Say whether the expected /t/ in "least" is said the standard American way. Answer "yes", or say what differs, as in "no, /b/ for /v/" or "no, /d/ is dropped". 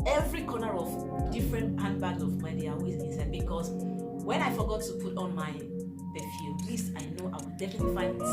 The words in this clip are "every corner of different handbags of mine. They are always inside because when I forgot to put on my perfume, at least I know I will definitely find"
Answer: no, /t/ is dropped